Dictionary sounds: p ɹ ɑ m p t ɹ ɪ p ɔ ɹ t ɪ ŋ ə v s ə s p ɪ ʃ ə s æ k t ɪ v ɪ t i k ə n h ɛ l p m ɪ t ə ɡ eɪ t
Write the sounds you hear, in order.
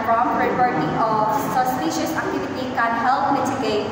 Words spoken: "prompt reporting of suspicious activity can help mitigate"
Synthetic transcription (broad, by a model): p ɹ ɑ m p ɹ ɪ b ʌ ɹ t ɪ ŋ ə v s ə s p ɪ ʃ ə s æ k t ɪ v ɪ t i k ə n h ɛ l p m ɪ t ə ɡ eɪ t